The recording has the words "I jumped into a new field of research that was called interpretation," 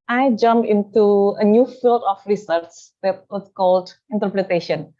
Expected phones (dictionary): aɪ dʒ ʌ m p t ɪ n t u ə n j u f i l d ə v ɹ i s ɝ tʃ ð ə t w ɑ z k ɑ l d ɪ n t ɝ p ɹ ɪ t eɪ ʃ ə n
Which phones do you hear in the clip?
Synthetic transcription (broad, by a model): aɪ dʒ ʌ m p ɪ n t u ə n j u f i l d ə f ɹ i s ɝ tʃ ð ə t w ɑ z k ɑ l d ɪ n t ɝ p ɹ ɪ t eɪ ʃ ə n